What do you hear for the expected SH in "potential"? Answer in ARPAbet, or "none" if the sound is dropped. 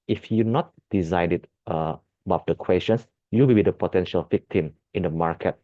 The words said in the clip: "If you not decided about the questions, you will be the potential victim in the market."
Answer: SH